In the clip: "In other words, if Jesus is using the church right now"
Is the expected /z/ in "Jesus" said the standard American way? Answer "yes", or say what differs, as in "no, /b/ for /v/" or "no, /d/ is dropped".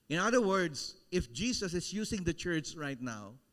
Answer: no, /s/ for /z/